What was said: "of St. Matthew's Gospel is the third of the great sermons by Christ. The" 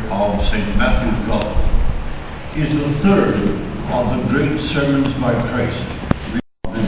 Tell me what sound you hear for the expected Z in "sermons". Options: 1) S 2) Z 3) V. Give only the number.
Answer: 2